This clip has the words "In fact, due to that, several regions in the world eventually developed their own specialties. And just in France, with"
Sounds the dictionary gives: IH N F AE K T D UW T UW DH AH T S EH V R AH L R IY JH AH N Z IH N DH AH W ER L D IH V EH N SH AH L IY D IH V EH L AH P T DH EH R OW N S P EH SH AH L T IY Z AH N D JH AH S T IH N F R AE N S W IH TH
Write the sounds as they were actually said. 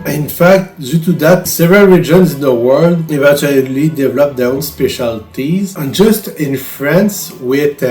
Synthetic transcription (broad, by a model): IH N F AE K T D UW T UW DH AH T S EH V R AH L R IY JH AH N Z IH N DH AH W ER L D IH V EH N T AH L IY D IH V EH L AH P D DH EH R OW N S P EH SH AH L T IY Z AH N JH AH S T IH N F R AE N S W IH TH